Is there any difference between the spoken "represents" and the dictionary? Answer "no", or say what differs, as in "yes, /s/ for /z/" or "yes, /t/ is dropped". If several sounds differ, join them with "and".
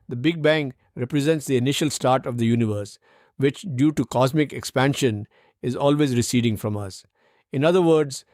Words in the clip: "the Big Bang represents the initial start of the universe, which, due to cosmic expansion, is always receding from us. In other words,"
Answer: no